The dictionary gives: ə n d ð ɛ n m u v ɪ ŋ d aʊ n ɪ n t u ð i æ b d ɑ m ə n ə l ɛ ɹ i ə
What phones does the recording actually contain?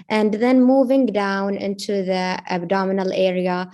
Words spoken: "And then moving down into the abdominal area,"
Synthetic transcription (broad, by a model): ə n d ð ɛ n m u v ɪ ŋ d aʊ n ɪ n t u ð i æ b d ɑ m ə n ə l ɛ ɹ i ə